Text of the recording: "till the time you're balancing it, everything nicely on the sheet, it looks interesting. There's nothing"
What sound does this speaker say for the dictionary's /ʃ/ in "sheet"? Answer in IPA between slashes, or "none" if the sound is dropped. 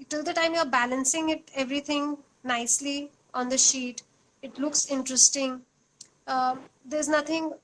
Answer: /ʃ/